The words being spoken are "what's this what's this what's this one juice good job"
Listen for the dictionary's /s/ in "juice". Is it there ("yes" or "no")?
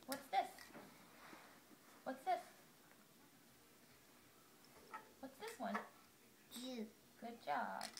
no